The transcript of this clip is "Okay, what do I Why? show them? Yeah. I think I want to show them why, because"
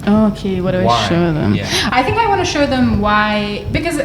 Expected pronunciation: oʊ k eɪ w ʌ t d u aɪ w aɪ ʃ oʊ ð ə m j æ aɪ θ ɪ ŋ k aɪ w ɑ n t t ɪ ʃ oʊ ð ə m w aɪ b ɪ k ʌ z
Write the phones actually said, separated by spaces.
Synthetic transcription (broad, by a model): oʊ k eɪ w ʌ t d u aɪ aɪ ʃ oʊ ð ə m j aɪ θ ɪ ŋ k aɪ w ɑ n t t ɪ ʃ oʊ ð ə m w aɪ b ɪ k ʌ z